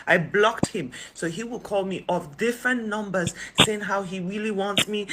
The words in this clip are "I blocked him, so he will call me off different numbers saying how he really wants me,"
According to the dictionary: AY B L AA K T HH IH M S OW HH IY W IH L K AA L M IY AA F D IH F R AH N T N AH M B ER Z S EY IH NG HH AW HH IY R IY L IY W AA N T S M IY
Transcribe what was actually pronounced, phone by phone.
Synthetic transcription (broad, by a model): AY B L AA K T HH IH M S OW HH IY W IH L K AA L M IY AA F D IH F R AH N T N AH M B ER Z S EY IH NG HH AW HH IY R IY L IY W AA N T S M IY